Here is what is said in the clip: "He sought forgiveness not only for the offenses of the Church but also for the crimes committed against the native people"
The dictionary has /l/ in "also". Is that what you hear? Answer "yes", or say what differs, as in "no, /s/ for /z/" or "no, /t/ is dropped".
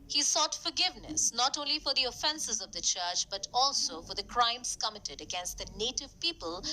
yes